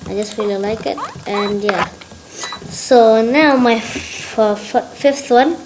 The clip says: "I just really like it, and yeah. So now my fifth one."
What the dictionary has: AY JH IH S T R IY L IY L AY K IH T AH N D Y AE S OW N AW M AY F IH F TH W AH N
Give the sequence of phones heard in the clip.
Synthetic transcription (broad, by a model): AY JH IH S T R IY L IY L AY K IH T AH N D Y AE S OW N AW M AY F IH F T W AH N